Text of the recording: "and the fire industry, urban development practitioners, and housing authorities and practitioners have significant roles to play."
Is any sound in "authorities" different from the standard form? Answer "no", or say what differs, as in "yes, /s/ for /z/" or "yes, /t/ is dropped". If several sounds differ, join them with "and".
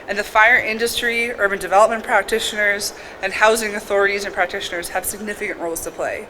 no